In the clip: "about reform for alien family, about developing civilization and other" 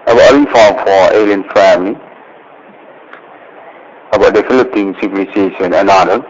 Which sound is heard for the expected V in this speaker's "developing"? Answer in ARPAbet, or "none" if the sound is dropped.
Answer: F